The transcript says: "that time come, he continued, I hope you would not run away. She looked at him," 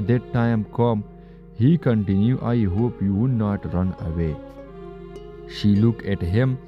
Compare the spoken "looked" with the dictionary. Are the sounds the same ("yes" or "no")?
no